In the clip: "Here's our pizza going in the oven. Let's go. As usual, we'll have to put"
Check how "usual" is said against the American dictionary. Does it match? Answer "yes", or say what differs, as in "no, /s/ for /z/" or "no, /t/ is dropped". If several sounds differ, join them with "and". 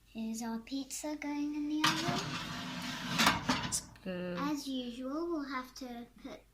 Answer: yes